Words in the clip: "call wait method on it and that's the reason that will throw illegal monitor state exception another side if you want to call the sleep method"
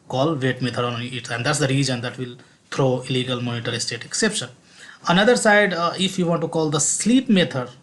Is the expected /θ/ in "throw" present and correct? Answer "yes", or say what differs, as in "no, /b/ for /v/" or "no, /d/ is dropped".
no, /t/ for /θ/